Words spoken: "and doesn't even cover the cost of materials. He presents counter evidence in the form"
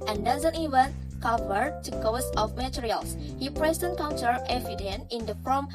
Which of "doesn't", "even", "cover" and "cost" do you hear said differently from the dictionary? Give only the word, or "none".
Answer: cost